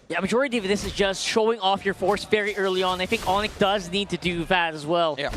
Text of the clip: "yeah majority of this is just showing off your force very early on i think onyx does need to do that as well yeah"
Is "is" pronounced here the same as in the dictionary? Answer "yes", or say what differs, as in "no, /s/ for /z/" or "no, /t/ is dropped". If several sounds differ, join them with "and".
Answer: yes